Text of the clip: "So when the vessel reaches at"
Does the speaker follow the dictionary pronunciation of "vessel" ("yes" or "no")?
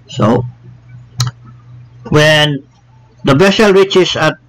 no